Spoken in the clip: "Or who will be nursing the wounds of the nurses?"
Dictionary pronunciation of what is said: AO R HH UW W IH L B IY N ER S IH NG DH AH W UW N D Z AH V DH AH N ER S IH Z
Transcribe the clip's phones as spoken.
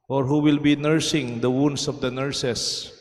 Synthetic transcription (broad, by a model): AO R HH UW W IH L B IY N ER S IH NG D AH W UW N D S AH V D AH N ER S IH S